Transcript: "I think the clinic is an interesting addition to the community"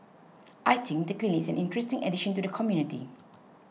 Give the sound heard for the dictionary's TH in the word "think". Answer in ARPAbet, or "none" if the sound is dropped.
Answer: T